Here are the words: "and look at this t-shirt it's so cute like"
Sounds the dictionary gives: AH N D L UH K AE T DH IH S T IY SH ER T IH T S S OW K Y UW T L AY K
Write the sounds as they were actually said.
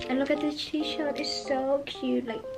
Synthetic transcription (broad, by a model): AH N L UH K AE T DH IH T IY SH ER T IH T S S OW K Y UW T L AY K